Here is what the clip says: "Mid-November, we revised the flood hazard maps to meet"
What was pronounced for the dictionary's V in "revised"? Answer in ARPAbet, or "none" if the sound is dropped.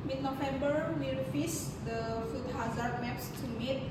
F